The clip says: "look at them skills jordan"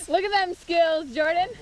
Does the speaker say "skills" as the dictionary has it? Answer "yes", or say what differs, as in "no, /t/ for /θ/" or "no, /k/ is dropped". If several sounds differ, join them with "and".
yes